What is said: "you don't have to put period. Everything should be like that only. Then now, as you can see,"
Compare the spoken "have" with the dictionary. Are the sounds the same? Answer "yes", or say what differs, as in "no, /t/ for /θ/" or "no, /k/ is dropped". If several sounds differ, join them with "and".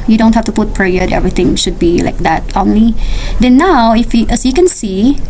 no, /f/ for /v/